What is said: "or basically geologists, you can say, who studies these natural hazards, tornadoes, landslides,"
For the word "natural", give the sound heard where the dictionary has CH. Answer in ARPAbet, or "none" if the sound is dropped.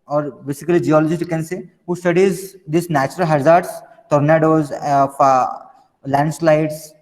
CH